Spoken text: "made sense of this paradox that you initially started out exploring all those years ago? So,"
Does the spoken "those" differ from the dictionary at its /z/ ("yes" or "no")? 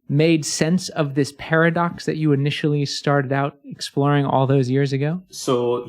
no